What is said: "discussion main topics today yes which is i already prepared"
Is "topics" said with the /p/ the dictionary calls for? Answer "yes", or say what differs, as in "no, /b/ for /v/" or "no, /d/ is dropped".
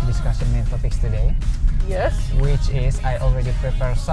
no, /f/ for /p/